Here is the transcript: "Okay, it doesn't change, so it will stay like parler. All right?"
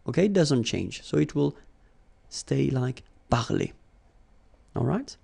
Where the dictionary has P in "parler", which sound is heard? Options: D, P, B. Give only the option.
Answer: B